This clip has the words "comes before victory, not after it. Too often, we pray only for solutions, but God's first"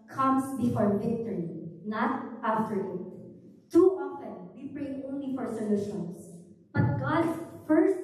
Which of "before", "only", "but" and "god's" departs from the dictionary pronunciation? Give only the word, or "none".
god's